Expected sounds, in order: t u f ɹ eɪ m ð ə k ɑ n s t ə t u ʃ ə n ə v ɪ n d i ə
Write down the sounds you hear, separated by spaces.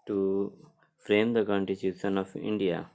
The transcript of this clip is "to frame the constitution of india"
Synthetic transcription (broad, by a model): t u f ɹ eɪ m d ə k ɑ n t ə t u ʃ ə n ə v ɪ n d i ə